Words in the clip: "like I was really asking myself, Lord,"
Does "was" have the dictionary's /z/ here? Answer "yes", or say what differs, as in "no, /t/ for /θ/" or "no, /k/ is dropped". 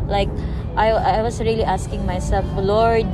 no, /s/ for /z/